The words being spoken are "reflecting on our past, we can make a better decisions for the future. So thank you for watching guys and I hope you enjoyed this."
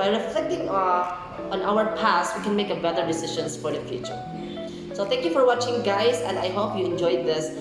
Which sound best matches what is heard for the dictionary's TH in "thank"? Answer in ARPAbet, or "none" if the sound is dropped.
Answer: T